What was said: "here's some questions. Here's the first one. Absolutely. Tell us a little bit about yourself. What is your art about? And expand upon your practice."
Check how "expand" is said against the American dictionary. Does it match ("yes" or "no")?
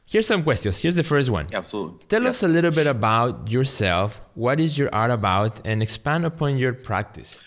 yes